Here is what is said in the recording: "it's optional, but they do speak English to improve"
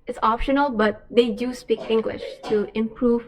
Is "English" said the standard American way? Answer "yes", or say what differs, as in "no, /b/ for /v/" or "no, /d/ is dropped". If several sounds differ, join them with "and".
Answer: yes